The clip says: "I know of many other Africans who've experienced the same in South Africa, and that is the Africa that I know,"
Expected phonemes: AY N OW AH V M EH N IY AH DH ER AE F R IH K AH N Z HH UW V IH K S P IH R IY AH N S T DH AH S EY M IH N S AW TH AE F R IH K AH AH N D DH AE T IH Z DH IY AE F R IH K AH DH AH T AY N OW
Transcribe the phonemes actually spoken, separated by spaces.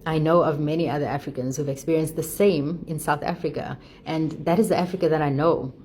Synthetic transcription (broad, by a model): AY N OW AH V M EH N IY AH DH ER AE F R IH K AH N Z HH UW V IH K S P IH R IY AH N S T DH AH S EY M IH N S AW TH AE F R IH K AH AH N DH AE T IH Z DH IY AE F R IH K AH DH AH T AY N OW